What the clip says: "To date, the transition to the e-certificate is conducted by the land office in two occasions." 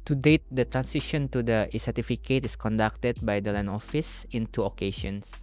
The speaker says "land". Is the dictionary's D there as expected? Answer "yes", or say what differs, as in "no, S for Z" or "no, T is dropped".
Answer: no, D is dropped